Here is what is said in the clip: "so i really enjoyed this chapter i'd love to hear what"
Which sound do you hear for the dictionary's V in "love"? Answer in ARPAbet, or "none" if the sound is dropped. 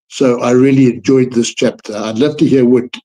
F